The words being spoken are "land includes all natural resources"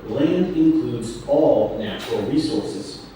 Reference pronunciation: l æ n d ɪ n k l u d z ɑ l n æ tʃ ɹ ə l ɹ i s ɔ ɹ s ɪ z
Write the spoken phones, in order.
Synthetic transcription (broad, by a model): l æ n d ɪ n k l u d z ɑ l n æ tʃ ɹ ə l ɹ i s ɔ ɹ s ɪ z